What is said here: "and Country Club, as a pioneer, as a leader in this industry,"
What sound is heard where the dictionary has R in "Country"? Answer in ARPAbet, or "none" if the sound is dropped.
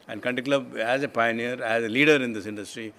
none